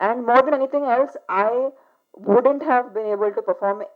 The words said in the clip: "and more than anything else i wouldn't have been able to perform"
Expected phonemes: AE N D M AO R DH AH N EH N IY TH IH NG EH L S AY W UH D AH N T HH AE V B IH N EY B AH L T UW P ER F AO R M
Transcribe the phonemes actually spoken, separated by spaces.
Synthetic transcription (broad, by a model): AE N D M AO R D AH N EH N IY T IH NG EH L S AY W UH D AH N T HH AE V B IH N EY B AH L T UW P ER F AO R M